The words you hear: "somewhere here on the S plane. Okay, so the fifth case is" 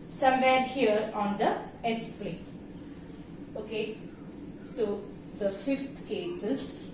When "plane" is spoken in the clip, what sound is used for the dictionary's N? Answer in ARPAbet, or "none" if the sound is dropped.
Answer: none